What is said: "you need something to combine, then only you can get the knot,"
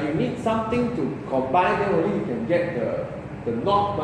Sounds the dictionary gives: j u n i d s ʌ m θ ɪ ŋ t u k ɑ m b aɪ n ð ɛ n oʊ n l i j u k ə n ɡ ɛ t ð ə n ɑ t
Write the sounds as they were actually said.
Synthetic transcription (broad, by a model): j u n i d s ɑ m t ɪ ŋ t u k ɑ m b aɪ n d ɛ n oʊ l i j u k ə n ɡ ɛ t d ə n ɑ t